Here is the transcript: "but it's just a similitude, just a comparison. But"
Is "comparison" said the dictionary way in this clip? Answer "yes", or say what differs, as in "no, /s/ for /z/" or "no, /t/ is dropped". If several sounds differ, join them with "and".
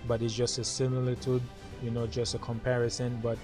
yes